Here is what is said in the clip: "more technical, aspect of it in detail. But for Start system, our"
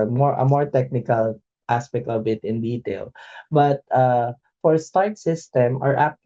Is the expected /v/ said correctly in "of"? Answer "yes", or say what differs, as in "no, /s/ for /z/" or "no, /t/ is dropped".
no, /b/ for /v/